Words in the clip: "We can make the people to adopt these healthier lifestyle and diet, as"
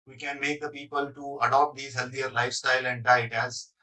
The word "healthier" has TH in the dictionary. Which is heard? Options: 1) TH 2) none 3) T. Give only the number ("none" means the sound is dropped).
3